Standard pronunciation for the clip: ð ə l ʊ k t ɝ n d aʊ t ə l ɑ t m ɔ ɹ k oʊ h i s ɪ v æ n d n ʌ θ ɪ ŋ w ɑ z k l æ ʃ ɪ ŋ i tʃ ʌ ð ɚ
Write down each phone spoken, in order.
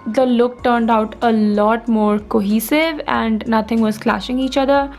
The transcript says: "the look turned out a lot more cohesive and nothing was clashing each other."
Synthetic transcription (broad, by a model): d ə l ʊ k t ɝ n d aʊ t ə l ɑ t m ɔ ɹ k oʊ h i s ɪ v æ n d n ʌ t ɪ ŋ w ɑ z k l æ ʃ ɪ ŋ i tʃ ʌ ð ɚ